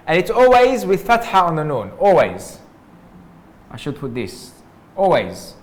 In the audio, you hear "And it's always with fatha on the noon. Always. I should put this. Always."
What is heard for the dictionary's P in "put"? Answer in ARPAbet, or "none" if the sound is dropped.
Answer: P